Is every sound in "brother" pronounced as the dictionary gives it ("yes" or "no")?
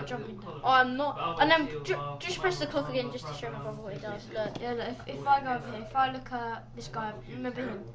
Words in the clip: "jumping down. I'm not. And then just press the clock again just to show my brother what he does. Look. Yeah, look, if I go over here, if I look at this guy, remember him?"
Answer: no